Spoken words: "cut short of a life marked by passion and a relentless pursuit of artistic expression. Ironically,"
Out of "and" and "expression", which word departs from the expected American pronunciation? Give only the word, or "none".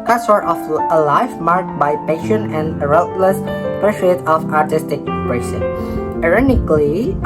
expression